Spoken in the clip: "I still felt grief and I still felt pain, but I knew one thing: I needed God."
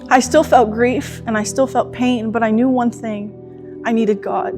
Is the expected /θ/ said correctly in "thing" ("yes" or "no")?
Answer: yes